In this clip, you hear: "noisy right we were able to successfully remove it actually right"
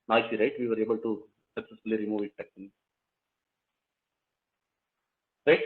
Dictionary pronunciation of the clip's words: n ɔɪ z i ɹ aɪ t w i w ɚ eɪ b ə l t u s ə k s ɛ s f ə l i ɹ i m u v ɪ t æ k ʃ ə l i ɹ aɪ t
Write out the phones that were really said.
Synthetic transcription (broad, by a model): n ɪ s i ɹ aɪ t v i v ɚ eɪ b ə l t u s ə k s ɛ s f ə l i ɹ i m u v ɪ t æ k s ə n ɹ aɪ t